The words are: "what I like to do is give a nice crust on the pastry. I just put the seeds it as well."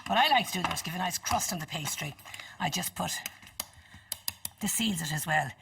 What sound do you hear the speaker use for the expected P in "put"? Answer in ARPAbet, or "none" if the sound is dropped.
P